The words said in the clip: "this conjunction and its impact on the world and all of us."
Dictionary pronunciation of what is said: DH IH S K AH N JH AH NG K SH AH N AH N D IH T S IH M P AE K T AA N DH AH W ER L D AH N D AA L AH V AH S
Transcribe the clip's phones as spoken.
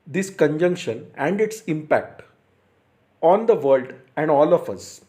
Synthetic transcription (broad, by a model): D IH S K AH N JH AH NG K SH AH N AH N D IH T S IH M P AE K T AA N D AH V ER L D AH N D AA L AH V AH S